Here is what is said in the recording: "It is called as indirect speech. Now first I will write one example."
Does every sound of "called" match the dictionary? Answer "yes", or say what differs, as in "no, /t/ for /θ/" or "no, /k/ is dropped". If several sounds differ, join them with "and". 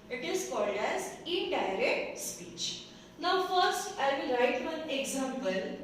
yes